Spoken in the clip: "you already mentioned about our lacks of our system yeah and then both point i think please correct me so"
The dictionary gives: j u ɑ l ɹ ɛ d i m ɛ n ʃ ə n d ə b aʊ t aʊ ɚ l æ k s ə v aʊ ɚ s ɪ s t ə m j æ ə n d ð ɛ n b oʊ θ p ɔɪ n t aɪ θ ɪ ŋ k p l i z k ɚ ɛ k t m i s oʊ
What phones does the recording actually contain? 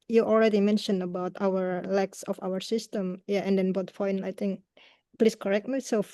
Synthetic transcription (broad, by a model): j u ɑ l ɹ ɛ d i m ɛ n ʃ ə n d ə b aʊ t aʊ ɚ l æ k s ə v aʊ ɚ s ɪ s t ə m j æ ə n d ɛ n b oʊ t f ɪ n aɪ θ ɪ ŋ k p l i s k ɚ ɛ k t m i s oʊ